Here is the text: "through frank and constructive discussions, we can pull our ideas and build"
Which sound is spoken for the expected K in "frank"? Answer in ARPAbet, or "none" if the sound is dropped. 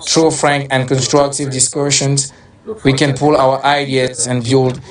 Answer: K